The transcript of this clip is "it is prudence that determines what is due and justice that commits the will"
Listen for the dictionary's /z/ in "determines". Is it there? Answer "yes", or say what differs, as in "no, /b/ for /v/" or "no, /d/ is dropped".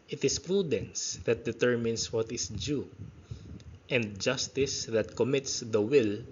no, /s/ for /z/